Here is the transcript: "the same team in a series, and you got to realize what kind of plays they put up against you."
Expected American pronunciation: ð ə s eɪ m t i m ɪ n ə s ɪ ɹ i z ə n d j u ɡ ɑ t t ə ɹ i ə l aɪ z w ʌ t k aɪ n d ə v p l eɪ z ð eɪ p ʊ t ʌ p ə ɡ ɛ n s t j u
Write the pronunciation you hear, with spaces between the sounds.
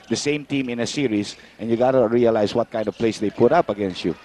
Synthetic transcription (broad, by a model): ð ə s eɪ m t i m ɪ n ə s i ɹ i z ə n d j u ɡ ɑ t t ə ɹ i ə l aɪ s w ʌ t k aɪ n d ə v p l eɪ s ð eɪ p ʊ t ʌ p ə ɡ ɛ n s t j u